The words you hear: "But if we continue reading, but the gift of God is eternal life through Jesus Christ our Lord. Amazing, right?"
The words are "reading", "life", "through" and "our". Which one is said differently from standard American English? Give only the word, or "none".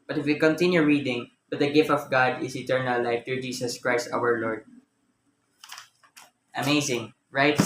through